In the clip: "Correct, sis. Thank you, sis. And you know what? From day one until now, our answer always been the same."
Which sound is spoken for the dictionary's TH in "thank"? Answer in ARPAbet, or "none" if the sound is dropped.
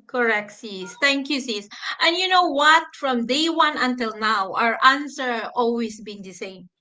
T